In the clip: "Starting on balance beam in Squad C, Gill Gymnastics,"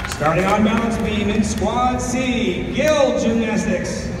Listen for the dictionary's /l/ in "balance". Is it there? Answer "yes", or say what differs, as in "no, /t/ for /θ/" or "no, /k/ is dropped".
no, /l/ is dropped